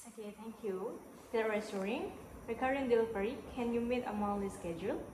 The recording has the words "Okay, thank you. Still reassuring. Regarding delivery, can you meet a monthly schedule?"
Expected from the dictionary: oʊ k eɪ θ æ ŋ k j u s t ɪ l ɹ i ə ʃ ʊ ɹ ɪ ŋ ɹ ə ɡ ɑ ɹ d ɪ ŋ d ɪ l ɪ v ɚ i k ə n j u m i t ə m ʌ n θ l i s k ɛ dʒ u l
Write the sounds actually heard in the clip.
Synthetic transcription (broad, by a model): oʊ k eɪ t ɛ ŋ k j u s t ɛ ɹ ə s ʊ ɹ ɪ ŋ ɹ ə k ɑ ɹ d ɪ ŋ d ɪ l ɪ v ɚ i k ə n j u m i t ə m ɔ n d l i s k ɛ dʒ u l